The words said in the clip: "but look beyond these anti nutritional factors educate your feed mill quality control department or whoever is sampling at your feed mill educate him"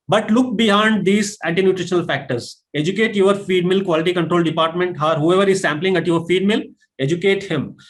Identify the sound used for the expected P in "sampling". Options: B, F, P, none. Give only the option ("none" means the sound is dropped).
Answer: P